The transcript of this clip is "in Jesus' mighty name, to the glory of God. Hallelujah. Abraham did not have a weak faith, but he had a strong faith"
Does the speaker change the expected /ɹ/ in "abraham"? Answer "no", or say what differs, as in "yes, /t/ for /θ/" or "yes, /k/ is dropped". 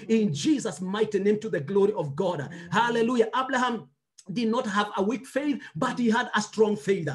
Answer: yes, /l/ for /ɹ/